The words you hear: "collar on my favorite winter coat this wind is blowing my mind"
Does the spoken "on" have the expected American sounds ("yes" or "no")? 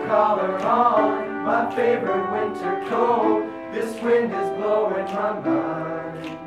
no